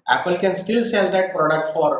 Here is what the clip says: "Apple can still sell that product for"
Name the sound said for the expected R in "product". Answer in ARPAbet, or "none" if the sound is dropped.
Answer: R